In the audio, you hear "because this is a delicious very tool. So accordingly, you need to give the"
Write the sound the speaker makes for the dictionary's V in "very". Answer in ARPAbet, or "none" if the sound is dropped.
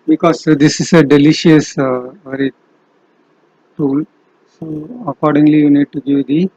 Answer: V